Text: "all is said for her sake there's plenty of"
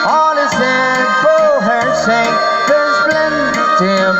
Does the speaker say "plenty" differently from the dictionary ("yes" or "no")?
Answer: yes